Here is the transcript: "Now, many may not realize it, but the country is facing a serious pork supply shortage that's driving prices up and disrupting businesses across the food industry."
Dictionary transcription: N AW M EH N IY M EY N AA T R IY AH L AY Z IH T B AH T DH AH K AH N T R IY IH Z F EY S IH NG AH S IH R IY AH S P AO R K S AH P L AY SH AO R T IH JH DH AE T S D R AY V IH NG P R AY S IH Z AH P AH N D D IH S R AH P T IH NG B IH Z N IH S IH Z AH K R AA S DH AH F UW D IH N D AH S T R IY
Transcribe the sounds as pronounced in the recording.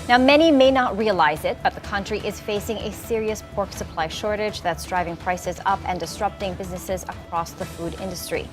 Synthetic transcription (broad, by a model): N AW M EH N IY M EY N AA T R IY AH L AY Z IH T B AH T DH AH K AH N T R IY IH Z F EY S IH NG AH S IH R IY AH S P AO R K S AH P L AY SH AO R T IH JH DH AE T S D R AY V IH NG P R AY S IH Z AH P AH N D D IH S R AH P T IH NG B IH Z N IH S IH Z AH K R AA S DH AH F UW D IH N D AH S T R IY